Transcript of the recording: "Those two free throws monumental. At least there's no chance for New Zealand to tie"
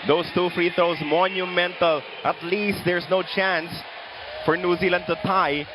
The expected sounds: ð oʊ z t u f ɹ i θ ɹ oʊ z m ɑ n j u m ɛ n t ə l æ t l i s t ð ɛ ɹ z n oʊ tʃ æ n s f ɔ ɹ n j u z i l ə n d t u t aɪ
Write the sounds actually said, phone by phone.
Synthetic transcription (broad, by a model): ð oʊ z t u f ɹ i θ oʊ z m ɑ n j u m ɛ n t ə l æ t l i s t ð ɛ ɹ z n oʊ tʃ æ n s f ɔ ɹ n j u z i l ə n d t u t aɪ